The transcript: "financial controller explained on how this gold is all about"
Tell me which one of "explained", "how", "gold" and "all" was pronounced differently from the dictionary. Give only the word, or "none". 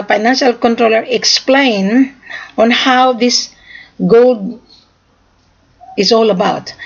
explained